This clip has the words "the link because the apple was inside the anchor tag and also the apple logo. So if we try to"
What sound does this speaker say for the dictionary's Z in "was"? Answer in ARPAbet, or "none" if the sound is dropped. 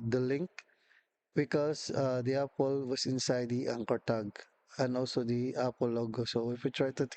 S